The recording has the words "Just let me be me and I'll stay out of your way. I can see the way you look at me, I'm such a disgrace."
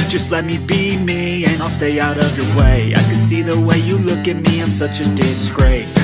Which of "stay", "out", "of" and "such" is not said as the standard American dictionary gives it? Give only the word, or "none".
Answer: none